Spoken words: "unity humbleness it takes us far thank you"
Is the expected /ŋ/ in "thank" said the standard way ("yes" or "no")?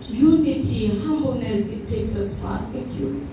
no